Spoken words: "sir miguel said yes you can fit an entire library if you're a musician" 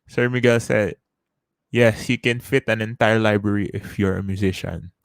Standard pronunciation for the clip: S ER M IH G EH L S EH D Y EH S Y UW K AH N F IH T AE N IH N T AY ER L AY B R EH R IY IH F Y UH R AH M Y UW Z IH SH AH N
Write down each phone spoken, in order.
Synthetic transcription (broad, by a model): S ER M IH G EH L S EH D Y EH S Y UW K AH N F IH T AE N IH N T AY ER L AY B R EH R IY IH F Y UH R AH M Y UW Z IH SH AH N